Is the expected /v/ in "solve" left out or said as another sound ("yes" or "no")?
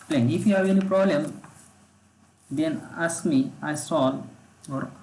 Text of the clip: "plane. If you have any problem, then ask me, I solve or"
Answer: yes